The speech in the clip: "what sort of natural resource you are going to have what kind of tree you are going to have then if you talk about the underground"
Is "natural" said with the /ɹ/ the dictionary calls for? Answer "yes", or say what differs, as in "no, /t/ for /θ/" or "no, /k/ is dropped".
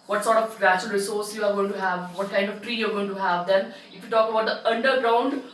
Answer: no, /ɹ/ is dropped